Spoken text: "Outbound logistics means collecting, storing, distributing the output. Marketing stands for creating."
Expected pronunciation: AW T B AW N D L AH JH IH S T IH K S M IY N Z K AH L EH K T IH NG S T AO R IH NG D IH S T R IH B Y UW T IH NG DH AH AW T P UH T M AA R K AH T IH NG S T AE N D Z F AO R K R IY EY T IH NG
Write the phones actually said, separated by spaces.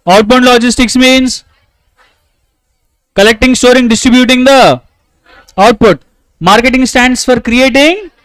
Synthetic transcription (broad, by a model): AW T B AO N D L AH JH IH S T IH K S M IY N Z K AH L EH K T IH NG S T AO R IH NG D IH S T R IH B Y UW T IH NG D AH AW T P UH T M AA R K AH T IH NG S T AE N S F AO R K R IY EY T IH NG